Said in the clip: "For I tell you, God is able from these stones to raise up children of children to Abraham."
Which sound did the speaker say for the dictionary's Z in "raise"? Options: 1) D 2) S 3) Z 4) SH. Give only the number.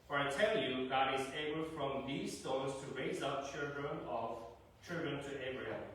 3